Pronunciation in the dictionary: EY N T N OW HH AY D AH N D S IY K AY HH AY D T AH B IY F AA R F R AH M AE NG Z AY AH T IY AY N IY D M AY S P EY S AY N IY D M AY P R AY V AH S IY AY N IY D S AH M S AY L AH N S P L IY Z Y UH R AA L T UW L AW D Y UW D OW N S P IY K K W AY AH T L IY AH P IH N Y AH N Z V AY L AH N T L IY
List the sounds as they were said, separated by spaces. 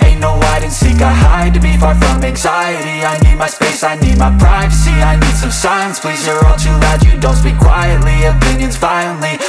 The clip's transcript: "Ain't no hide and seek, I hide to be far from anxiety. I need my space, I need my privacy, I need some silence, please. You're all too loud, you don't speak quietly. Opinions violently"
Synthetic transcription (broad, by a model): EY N N OW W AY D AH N S IY K AY HH AY D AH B IY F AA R F R AH M AE NG Z AY AH T IY AY N IY D M AY S P EY S AY N IY D M AY P R AY V AH S IY AY N IY D S AH M S AY AH N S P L IY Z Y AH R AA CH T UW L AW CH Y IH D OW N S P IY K K W AY AH T L IY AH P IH N Y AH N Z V AY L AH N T L IY